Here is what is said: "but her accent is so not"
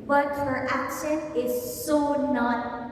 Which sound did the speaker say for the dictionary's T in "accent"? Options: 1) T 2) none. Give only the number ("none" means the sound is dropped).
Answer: 2